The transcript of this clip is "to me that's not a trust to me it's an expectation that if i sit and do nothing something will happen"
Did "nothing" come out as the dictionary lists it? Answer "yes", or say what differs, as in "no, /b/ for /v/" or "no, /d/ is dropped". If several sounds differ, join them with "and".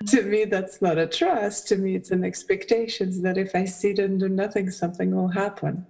yes